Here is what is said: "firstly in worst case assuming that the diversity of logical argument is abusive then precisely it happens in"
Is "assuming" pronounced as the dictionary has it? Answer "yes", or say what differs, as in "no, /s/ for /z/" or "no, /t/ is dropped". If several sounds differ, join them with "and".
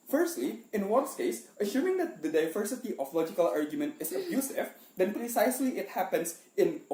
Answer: no, /ʃ/ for /s/